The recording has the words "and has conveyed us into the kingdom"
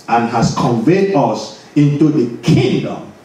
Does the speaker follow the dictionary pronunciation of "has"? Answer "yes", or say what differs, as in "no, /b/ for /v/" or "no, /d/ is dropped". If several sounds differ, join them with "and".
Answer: no, /s/ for /z/